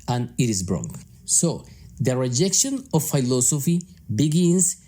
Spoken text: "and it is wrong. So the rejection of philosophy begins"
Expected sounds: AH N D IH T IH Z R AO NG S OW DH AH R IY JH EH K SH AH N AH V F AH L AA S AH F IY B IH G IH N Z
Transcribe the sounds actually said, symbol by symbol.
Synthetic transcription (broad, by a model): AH N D IH T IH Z R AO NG S OW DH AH R IY JH EH K SH AH N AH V F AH L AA S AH F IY B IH G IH N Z